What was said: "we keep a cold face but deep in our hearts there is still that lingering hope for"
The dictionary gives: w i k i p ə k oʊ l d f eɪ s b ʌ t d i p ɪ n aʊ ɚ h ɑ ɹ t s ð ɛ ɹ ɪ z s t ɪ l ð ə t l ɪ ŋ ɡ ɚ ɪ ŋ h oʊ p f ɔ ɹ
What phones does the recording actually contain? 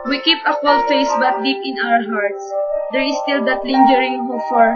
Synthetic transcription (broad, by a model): w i k i p ə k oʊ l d f eɪ s b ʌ t d i p ɪ n aʊ ɚ h ɑ ɹ t s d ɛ ɹ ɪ s t ɪ l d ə t l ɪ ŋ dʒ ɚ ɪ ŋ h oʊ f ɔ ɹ